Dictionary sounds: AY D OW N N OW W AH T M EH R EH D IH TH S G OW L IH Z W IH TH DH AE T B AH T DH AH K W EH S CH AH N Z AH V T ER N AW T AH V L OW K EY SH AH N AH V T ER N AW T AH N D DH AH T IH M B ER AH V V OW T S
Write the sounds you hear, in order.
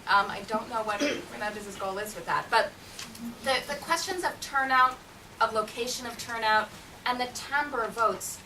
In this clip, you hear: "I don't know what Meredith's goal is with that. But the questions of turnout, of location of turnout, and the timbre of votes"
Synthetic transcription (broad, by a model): AY D OW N N OW W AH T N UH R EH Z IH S G OW L IH Z W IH DH AE T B AH T DH AH K W EH S CH AH N Z AH V T ER N AW T AH V L OW K EY SH AH N AH V T ER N AW T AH N DH AH T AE M B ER AH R V OW T S